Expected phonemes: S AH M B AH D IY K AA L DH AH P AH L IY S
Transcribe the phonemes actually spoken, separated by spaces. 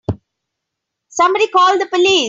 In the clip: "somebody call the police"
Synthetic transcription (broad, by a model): S AH M B AH D IY K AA L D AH P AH L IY